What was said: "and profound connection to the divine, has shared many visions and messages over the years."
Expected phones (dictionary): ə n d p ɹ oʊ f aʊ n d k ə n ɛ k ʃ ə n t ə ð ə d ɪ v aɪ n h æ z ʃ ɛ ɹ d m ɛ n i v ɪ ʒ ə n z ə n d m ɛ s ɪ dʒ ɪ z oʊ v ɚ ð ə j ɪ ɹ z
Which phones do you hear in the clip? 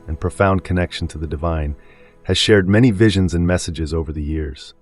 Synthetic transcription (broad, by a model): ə n p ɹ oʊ f aʊ n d k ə n ɛ k ʃ n t ə ð ə d ɪ v aɪ n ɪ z ʃ ɛ ɹ d m ɛ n i v ɪ ʒ ə n z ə n m ɛ s ɪ dʒ ɪ z oʊ v ɚ ð ə j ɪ ɹ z